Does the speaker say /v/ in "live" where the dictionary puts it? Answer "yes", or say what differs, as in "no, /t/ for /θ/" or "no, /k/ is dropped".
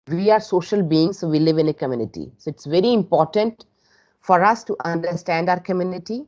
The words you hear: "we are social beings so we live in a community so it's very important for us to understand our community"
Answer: yes